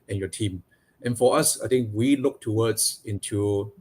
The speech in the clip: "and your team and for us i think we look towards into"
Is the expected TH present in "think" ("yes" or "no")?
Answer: no